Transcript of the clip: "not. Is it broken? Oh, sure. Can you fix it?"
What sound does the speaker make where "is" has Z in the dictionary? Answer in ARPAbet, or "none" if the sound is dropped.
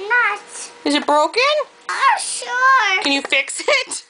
Z